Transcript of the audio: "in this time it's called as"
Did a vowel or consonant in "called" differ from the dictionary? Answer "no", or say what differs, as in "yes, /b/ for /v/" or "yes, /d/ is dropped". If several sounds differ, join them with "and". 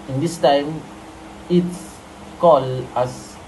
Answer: yes, /d/ is dropped